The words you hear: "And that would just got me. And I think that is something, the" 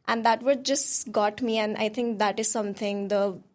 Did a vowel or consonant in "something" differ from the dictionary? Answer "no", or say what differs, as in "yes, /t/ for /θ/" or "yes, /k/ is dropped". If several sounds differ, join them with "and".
yes, /t/ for /θ/